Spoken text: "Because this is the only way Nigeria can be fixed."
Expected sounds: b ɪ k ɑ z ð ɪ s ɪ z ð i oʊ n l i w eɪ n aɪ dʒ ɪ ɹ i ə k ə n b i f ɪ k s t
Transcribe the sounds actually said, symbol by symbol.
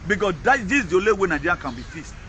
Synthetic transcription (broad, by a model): b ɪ k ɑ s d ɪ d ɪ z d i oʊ l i w eɪ n aɪ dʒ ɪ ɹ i k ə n b i f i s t